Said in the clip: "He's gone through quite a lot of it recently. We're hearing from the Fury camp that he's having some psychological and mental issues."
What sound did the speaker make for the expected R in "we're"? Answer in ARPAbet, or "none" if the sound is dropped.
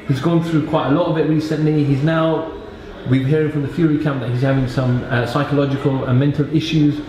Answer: W